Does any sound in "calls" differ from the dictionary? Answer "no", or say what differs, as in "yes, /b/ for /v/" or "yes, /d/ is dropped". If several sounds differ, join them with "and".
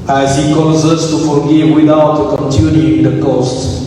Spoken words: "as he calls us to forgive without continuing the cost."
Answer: yes, /l/ is dropped